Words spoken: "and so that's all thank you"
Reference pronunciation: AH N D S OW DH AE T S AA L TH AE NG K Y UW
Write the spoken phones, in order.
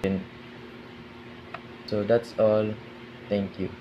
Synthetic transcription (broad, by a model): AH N S OW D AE T S AA L T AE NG K Y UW